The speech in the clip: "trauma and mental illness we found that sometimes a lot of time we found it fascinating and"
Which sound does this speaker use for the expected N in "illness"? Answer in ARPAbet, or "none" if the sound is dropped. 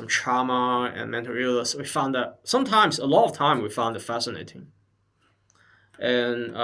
none